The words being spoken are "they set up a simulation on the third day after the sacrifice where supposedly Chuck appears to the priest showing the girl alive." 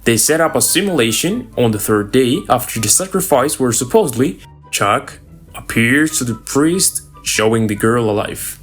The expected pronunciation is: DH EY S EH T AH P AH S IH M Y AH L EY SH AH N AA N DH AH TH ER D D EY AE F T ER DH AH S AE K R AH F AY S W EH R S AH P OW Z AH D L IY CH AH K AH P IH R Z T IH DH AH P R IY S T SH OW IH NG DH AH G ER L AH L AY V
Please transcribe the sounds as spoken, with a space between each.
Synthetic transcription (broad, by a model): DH EY S EH T AH P AH S IH M Y AH L EY SH AH N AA N DH AH TH ER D D EY AE F T ER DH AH S AE K R AH F AY S W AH R S AH P OW Z AH D L IY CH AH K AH P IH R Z T IH DH AH P R IY S T SH OW IH NG DH AH G ER L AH L AY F